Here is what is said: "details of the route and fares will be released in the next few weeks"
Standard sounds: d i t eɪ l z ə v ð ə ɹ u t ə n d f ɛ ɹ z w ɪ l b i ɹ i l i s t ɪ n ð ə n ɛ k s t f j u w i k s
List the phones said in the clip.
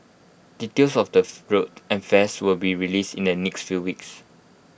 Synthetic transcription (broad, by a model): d i t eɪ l s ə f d ə ɹ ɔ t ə n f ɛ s w ɪ l b i ɹ i l i s t ɪ n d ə n ɛ k s t f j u w i k s